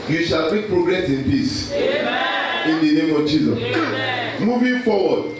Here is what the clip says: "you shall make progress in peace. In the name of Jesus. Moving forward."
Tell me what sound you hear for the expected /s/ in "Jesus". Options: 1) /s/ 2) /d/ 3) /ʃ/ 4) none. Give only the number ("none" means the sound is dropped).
4